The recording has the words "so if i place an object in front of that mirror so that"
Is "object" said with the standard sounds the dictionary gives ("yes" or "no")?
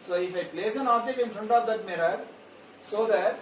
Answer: no